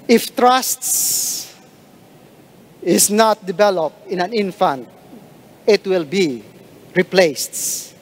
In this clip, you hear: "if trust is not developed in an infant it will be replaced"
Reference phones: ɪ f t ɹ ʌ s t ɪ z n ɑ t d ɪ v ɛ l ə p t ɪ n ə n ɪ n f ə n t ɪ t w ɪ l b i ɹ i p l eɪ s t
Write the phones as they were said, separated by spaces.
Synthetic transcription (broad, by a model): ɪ f t ɹ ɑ s t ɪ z n ɑ t d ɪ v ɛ l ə p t ɪ n ə n ɪ n f ə n t ɪ t w ɪ l b i ɹ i p l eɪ s t